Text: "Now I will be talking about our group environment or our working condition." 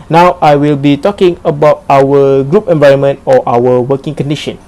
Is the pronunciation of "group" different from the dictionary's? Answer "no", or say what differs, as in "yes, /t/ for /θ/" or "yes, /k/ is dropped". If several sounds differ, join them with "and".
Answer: no